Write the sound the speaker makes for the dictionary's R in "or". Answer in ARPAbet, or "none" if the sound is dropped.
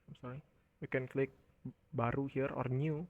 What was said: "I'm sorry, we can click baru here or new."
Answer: R